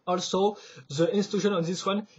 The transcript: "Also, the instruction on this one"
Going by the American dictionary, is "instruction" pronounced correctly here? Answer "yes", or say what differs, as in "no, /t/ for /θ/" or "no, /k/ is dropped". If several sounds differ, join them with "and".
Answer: no, /k/ is dropped